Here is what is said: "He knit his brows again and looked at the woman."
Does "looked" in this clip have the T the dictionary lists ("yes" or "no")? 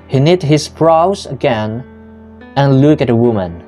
no